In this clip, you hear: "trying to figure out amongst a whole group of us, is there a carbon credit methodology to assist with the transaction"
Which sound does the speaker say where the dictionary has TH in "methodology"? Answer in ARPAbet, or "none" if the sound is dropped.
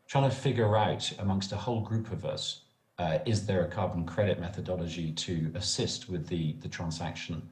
TH